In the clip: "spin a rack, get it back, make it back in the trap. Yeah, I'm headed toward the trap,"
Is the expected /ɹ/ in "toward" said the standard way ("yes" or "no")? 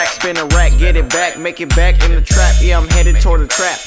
yes